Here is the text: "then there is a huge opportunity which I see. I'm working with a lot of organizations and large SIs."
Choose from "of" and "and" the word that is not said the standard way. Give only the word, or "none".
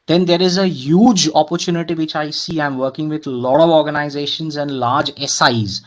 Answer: none